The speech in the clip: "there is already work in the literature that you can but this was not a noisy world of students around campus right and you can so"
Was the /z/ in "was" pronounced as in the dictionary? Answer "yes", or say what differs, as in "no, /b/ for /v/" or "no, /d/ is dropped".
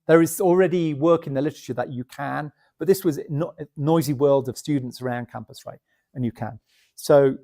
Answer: yes